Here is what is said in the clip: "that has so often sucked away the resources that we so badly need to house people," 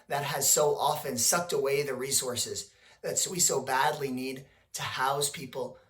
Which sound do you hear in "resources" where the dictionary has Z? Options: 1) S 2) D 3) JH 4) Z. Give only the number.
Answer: 4